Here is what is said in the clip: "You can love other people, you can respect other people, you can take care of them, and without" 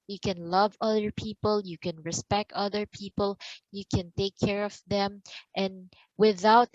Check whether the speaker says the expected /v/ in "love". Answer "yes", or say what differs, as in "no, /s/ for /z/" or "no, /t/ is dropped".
yes